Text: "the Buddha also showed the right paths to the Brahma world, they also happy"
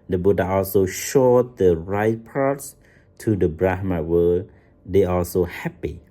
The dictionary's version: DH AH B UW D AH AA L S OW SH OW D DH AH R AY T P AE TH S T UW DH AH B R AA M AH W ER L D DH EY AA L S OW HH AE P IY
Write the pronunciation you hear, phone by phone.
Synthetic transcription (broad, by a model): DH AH B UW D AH AA L S OW SH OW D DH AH R AY T P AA T S T UW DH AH B R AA M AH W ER D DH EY AA L S OW HH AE P IY